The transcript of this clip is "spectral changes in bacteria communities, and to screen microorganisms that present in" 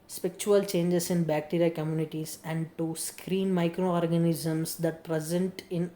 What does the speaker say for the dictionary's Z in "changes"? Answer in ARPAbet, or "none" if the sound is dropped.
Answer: S